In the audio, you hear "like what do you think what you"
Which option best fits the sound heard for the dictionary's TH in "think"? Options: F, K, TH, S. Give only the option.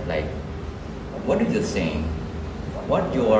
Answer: S